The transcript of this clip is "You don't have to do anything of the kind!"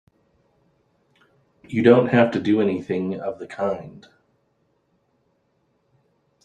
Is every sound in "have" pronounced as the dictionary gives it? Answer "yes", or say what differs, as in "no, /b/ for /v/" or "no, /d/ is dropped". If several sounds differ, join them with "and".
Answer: no, /f/ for /v/